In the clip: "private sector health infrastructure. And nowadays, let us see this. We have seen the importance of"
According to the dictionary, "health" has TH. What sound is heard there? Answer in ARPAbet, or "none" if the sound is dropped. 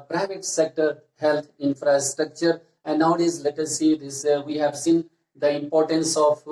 T